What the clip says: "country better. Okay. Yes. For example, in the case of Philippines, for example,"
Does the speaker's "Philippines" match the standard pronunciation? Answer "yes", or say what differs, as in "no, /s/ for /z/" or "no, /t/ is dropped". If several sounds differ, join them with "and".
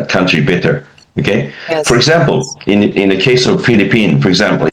no, /z/ is dropped